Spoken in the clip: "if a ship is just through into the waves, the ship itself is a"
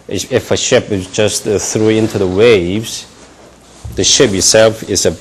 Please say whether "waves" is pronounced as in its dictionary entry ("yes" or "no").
yes